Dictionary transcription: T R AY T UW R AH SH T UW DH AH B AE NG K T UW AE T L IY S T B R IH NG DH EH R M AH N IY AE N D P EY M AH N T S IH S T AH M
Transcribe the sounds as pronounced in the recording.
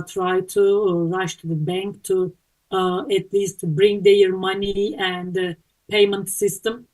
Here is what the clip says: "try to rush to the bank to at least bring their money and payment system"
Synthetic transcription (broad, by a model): T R AY T UW R AH SH T UW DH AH B AE NG K T UW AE T L IY S T B R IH NG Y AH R M AH N IY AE N D P EY M AH N T S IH S T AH M